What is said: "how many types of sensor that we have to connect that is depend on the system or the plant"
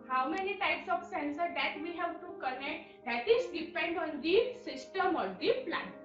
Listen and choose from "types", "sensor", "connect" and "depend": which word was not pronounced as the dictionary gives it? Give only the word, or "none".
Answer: none